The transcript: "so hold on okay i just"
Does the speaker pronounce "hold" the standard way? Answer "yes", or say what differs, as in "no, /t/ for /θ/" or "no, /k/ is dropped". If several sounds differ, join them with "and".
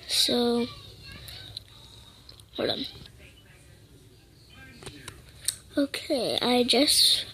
no, /l/ is dropped